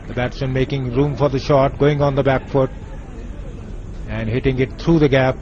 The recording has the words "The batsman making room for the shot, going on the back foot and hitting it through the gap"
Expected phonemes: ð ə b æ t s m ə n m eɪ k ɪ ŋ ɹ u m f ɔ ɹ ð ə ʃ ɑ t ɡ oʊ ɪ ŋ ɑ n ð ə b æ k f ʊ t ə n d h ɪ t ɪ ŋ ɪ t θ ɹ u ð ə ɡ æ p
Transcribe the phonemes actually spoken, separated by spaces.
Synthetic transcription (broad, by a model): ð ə b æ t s ə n m eɪ k ɪ ŋ ɹ u m f ɔ ɹ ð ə ʃ ɑ t ɡ oʊ ɪ ŋ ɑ n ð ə b æ k f ʊ t ə n d h ɪ t ɪ ŋ ɪ t t ɹ u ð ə ɡ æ p